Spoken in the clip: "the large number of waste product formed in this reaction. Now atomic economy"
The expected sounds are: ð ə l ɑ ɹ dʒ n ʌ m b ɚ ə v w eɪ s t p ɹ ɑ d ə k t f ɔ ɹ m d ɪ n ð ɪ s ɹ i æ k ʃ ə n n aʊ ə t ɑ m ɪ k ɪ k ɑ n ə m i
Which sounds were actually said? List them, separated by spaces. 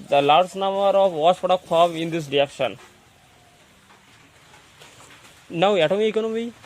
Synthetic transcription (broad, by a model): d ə l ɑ ɹ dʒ n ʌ m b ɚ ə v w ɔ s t p ɹ ɑ d ə k t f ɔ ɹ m ɪ n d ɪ s ɹ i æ k ʃ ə n n aʊ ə t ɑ m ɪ ɪ k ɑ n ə m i